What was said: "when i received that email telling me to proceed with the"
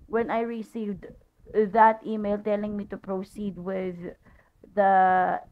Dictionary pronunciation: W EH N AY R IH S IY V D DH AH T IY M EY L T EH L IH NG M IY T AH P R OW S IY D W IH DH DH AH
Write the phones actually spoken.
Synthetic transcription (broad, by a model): W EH N AY R IH S IY V D DH AH T IY M EY L T EH L IH NG M IY T AH P R OW S IY D W IH DH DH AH